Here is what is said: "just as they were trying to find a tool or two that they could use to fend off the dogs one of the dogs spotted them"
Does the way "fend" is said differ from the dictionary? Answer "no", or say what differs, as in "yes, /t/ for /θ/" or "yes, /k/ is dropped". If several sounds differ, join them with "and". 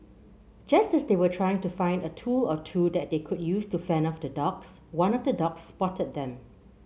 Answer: yes, /d/ is dropped